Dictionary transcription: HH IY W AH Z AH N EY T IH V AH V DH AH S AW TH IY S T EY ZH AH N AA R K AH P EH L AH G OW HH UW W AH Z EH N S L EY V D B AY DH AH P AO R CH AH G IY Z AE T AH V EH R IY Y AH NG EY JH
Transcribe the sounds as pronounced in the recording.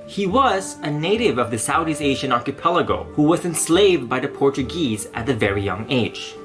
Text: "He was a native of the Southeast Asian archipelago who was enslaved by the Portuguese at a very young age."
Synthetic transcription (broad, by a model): HH IY W AH Z AH N EY T IH V AH V DH AH S AW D IY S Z EY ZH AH N AA R K AH P EH L AH G OW HH UW W AH Z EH N S L EY V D B AY DH AH P AO R CH AH G IY Z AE T AH V EH R IY Y AH NG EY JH